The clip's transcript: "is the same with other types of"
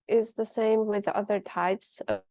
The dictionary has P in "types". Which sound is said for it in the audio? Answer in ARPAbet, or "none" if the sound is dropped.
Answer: P